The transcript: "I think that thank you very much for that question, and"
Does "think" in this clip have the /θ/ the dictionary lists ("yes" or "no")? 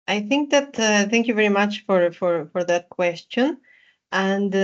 yes